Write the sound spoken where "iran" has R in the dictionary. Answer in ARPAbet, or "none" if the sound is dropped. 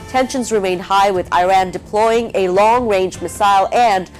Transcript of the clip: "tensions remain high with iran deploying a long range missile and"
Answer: R